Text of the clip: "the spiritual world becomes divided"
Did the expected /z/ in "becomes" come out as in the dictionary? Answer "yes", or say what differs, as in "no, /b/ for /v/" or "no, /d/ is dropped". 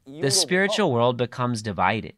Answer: yes